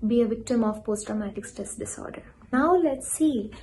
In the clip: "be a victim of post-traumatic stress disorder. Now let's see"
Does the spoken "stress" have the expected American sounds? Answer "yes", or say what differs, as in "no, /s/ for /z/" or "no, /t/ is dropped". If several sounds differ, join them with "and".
no, /ɹ/ is dropped